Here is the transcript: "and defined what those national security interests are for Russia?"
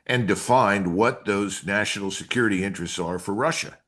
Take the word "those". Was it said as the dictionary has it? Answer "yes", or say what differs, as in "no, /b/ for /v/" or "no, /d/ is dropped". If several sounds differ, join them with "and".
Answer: yes